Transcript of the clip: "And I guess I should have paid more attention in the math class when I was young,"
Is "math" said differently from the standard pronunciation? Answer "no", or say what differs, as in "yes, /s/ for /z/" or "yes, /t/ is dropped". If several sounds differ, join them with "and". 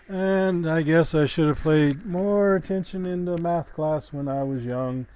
no